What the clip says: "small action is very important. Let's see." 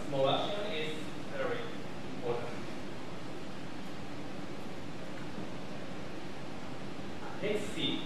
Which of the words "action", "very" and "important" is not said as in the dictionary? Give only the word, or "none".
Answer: action